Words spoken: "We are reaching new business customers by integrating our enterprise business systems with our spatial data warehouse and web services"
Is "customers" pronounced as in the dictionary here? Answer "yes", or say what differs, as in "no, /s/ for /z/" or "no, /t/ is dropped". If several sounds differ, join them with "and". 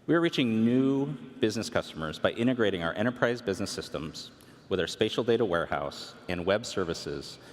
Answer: yes